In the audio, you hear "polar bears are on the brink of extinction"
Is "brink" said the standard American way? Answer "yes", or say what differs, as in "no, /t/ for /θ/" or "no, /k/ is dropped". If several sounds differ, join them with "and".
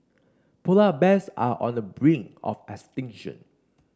no, /k/ is dropped